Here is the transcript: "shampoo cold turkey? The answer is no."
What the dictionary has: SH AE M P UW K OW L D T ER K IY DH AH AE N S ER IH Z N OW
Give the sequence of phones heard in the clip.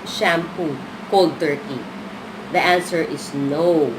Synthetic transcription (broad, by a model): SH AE M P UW K OW L D T ER K IY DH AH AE N S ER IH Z N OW